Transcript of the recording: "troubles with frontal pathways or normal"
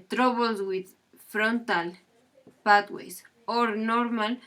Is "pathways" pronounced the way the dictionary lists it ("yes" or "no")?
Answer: no